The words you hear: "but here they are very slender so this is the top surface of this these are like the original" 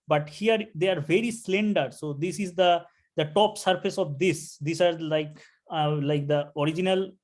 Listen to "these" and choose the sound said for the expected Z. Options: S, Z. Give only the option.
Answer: S